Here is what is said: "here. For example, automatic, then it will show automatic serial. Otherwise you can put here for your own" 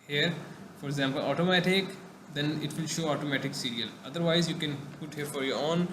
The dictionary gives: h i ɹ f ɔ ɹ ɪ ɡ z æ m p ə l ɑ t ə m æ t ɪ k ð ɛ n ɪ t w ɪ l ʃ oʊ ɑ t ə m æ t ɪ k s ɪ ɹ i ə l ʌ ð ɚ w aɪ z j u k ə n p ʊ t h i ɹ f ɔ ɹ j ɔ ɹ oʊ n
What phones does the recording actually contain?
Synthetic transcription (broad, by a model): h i ɹ f ɔ ɹ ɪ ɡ z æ m p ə l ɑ t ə m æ t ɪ k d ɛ n ɪ t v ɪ l ʃ oʊ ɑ t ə m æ t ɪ k s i ɹ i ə l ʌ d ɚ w aɪ z j u k ə n p ʊ t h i ɹ f ɔ ɹ j ɔ ɹ oʊ n